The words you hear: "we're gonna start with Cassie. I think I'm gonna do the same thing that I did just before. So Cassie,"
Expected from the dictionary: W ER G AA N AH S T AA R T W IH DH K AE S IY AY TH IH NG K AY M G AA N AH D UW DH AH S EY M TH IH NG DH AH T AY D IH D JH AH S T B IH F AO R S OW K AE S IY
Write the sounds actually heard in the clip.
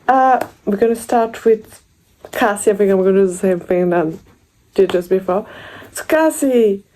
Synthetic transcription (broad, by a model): W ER G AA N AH S T AA R T W IH DH K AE S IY AY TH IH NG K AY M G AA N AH D UW DH AH S EY M TH IH NG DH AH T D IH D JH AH S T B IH F AO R S OW K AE S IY